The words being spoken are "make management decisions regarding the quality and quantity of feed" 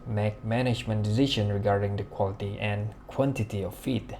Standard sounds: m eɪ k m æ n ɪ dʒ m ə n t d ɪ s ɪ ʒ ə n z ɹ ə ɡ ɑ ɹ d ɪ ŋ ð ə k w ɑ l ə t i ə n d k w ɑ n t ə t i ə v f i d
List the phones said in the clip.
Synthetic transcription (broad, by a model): m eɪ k m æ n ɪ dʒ m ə n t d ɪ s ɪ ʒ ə n ɹ ə ɡ ɑ ɹ d ɪ ŋ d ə k w ɑ l ə t i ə n k w ɑ n t ə t i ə f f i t